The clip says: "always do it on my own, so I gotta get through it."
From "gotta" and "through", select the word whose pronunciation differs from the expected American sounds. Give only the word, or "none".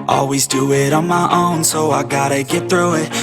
none